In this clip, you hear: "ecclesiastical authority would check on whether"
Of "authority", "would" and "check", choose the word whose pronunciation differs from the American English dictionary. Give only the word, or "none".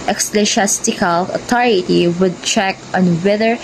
authority